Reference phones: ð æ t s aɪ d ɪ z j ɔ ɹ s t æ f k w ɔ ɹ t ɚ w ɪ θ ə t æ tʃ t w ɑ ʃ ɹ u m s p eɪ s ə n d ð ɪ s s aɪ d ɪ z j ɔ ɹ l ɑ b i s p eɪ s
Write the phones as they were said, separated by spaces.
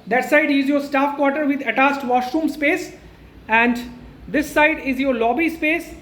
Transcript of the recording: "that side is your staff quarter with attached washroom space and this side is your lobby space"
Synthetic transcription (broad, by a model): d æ t s aɪ d ɪ z j ɔ ɹ s t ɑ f k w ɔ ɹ t ɚ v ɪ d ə t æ s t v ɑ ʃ ɹ u m s p eɪ s ə n d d ɪ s s aɪ d ɪ z j ɔ ɹ l ɑ b i s p eɪ s